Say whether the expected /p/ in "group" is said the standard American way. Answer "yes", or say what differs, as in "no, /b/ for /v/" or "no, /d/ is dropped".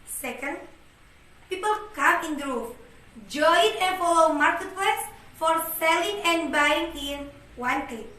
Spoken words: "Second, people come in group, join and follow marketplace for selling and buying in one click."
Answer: no, /f/ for /p/